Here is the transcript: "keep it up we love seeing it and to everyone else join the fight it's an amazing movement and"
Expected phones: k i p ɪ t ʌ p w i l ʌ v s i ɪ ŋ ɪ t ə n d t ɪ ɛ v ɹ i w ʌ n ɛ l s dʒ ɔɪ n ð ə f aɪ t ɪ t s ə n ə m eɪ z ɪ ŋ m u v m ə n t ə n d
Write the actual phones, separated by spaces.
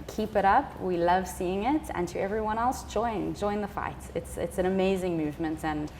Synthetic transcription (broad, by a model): k i p ɪ t ʌ p w i l ʌ v s i ɪ ŋ ɪ t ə n t ɪ ɛ v ɹ i w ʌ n ɛ l s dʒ ɔɪ n ð ə f aɪ t ɪ t s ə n ə m eɪ z ɪ ŋ m u v m ə n t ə n